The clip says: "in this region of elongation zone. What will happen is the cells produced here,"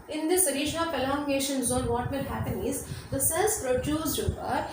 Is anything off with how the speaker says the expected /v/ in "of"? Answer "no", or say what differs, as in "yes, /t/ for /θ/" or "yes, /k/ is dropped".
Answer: yes, /p/ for /v/